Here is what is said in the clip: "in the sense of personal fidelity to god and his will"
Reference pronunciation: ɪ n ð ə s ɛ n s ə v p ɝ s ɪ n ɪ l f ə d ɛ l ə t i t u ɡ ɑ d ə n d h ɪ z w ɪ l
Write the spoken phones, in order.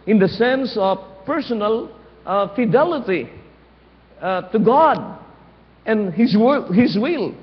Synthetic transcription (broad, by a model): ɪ n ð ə s ɛ n s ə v p ɝ s ɪ n ɪ l f ə d ɛ l ə t i t u ɡ ɑ d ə n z h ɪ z w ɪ l